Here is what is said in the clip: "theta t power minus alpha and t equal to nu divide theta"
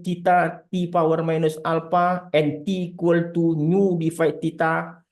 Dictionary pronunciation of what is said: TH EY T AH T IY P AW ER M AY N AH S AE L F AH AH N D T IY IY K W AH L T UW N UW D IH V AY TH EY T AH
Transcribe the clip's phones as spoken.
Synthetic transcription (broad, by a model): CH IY T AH T IY P AW ER M AY N AH S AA L P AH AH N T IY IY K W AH L T UW N UW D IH F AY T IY T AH